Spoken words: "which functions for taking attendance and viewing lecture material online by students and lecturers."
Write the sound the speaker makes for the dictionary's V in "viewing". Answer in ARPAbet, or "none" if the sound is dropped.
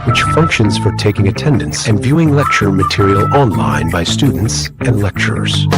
V